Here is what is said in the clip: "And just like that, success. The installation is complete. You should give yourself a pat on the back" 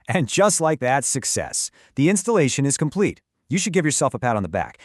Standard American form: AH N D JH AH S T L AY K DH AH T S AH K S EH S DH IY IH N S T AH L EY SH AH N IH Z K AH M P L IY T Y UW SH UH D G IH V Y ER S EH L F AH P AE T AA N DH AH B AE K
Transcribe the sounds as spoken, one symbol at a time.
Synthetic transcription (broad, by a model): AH N JH AH S T L AY K DH AH T S AH K S EH S DH IY IH N S T AH L EY SH AH N IH Z K AH M P L IY T Y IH SH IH D G IH V Y ER S EH L F AH P AE T N DH AH B AE K